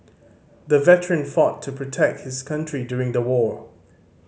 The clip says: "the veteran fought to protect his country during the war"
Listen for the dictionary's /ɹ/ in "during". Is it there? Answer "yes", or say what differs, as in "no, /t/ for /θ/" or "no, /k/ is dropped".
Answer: yes